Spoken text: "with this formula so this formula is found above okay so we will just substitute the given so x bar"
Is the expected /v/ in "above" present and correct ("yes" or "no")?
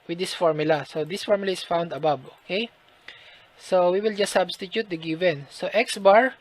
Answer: no